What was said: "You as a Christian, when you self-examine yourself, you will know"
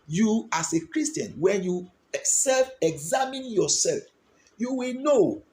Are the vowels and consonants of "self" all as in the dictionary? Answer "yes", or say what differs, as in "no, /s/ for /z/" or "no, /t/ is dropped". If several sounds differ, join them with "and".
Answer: yes